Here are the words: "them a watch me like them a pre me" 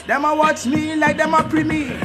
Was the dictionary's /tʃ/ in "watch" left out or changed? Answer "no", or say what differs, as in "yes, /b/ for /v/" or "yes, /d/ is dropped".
yes, /s/ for /tʃ/